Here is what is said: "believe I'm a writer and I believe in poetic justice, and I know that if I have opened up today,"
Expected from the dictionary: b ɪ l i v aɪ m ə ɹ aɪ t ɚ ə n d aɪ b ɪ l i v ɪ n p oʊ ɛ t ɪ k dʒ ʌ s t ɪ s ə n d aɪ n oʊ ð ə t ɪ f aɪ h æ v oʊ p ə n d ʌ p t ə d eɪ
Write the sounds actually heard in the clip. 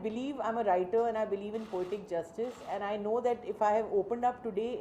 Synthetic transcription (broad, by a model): b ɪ l i v aɪ m ə ɹ aɪ t ɚ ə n aɪ b ɪ l i v ɪ n p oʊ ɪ t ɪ k dʒ ʌ s t ɪ s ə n aɪ n oʊ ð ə t ɪ f aɪ h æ v oʊ p ə n d ʌ p t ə d eɪ